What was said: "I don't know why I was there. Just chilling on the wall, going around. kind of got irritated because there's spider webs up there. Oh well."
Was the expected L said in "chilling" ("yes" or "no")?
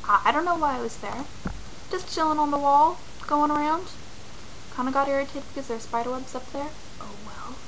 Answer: yes